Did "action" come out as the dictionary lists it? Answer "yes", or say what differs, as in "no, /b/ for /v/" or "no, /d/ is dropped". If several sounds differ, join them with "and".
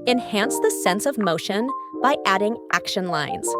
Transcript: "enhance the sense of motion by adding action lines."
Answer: yes